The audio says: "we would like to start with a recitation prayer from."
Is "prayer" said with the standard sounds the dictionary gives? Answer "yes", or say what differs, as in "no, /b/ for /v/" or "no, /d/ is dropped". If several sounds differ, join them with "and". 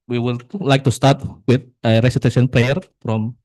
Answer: no, /l/ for /ɹ/